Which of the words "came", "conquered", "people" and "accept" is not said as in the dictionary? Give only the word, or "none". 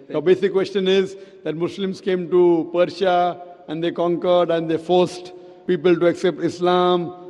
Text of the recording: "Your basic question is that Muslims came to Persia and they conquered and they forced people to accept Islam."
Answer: none